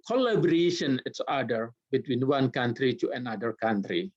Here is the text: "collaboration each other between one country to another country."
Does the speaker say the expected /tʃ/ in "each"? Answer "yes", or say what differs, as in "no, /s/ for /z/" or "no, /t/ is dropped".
no, /s/ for /tʃ/